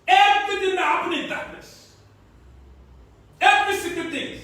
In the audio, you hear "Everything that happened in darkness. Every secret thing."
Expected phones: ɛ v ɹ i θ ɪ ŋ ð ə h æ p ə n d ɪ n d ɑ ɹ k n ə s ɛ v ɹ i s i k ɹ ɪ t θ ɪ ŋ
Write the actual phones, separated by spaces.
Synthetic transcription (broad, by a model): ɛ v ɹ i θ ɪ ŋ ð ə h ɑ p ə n ɪ n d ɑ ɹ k n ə s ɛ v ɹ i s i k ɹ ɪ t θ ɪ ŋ